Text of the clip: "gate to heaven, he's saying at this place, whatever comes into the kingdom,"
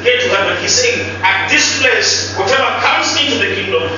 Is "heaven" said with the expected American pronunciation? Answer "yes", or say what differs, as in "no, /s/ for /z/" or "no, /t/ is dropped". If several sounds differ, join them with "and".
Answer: no, /w/ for /v/